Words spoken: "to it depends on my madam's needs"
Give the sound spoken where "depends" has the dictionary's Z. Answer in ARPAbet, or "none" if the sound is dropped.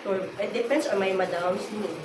S